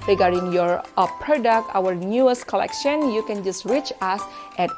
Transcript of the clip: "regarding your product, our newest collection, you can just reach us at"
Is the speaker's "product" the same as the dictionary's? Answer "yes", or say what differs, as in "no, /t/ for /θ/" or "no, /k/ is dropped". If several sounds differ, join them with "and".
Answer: yes